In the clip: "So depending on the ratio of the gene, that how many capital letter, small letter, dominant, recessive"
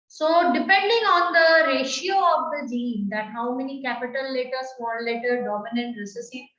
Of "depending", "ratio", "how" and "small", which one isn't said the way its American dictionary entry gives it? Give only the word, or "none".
small